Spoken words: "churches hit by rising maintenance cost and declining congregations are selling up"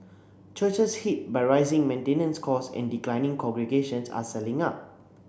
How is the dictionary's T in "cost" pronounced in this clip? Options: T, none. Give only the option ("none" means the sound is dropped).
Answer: none